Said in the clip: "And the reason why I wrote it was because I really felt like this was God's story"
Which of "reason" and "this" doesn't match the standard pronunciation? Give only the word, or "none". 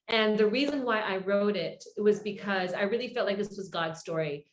none